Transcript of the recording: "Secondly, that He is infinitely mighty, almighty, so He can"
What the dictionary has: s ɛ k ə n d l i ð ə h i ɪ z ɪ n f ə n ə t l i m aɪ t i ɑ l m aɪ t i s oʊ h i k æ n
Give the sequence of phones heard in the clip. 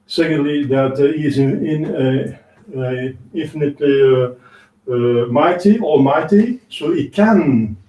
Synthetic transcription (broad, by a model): s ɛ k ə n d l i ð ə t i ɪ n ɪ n f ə n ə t l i m aɪ t i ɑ m aɪ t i s oʊ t k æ n